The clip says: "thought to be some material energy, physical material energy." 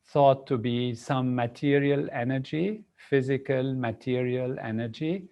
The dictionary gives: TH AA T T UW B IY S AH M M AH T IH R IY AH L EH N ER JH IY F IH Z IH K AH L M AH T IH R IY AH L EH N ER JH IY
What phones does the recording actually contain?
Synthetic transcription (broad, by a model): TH AA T T UW B IY S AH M M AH T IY R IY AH L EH N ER JH IY F IH Z IH K AH L M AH T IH R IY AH L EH N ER JH IY